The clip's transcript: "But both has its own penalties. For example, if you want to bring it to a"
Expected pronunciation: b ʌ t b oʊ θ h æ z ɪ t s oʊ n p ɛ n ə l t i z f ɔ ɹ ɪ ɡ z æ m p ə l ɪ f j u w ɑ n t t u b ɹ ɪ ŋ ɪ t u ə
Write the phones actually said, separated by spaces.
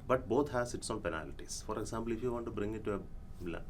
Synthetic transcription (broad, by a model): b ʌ t b oʊ t h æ s ɪ t s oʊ n p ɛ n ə l t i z f ɔ ɹ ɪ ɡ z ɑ m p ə l ɪ f j u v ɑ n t t u b ɹ ɪ ŋ ɪ t u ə